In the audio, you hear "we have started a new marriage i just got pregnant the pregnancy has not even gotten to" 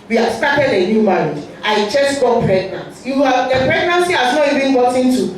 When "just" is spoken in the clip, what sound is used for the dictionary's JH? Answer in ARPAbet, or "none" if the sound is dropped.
CH